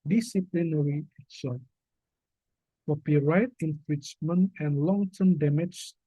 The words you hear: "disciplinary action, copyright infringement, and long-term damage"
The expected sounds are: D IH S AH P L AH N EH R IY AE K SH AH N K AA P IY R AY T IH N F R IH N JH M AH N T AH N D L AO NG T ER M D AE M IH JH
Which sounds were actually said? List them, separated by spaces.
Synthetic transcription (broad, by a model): D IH S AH P L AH N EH R IY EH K S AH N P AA P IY R AY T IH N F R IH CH M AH N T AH N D L AO NG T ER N D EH M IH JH